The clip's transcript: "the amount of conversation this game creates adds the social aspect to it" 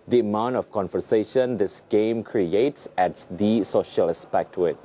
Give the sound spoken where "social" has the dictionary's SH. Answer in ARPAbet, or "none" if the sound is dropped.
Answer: SH